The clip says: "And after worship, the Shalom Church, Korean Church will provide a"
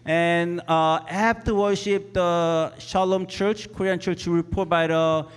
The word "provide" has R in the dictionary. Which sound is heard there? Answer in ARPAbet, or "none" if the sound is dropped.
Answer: none